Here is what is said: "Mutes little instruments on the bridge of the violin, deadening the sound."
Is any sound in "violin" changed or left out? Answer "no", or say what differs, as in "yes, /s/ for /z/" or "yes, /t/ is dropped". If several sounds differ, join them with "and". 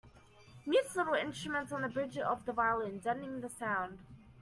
no